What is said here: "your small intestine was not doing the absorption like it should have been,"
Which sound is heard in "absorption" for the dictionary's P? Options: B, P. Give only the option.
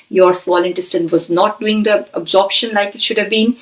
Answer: P